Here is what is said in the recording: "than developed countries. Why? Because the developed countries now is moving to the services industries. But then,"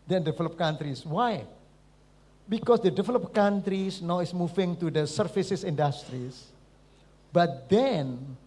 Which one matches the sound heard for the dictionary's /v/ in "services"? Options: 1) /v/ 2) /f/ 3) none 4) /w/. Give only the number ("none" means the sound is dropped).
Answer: 2